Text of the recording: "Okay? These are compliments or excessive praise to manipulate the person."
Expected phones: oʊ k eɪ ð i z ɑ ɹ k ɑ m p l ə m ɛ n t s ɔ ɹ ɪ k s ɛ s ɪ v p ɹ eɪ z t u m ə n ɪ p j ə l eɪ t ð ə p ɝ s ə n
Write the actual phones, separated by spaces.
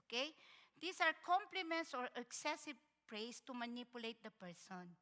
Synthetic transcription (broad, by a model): k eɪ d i s ɑ ɹ k ɑ m p l ə m ɛ n t s ɔ ɹ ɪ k s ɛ s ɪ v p ɹ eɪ s t u m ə n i p j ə l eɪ t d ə p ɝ s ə n